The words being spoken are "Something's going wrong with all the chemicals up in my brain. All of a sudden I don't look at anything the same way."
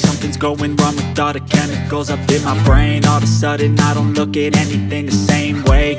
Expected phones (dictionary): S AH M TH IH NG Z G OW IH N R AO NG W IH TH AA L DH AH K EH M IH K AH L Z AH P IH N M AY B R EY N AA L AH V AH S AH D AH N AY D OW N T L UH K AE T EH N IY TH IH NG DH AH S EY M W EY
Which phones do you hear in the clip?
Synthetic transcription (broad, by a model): S AH M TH IH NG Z G OW IH N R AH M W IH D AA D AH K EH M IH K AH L Z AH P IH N M AY B R EY N AA L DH AH S AH D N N AY D OW N T L UH K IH T EH N IY TH IH NG DH AH S EY M W EY